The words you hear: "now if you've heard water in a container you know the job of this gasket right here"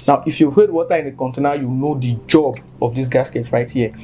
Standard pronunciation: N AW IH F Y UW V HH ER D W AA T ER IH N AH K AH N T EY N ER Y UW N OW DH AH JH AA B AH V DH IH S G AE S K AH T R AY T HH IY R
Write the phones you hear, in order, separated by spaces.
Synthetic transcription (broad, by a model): N AW IH F Y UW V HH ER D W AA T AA IH N AH K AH N T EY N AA Y UW N OW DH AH JH AA B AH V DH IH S G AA S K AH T R AY T HH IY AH